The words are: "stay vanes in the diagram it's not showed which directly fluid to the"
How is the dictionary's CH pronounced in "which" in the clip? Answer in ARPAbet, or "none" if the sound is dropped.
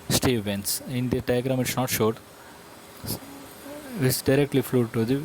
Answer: S